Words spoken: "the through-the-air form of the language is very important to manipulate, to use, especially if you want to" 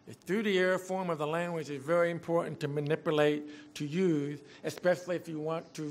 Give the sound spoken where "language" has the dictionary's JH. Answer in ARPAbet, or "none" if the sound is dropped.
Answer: JH